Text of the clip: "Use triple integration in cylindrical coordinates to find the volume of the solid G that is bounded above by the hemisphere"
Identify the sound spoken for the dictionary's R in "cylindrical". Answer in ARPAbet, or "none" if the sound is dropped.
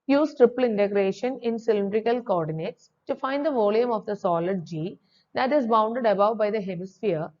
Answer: R